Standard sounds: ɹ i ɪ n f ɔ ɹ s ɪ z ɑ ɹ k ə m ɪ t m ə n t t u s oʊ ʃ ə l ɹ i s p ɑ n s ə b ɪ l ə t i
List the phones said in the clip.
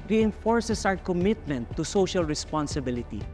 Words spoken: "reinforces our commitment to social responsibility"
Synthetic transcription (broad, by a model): ɹ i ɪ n f ɔ ɹ s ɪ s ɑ w k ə m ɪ t m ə n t t u s oʊ ʃ ə l ɹ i s p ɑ n s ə b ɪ l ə t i